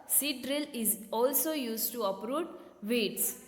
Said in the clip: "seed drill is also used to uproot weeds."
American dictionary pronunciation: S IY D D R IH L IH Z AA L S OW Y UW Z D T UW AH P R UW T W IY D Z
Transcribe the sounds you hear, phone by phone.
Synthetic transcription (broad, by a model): S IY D D R IH L IH Z AA L S OW Y UW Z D T UW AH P R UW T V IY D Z